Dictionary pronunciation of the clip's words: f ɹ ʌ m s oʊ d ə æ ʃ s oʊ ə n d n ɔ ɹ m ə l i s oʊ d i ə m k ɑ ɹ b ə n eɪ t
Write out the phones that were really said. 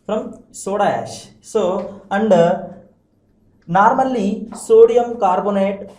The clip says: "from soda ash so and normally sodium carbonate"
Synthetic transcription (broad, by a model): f ɹ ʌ m s oʊ d ə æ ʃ s oʊ ə n d n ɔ ɹ m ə l i s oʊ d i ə m k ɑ ɹ b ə n eɪ t